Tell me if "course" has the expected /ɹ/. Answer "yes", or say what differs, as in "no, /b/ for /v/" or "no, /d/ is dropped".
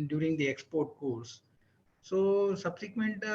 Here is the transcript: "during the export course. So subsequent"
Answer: no, /l/ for /ɹ/